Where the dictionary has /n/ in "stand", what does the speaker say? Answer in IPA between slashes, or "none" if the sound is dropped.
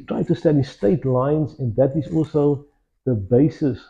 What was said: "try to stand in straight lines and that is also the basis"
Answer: none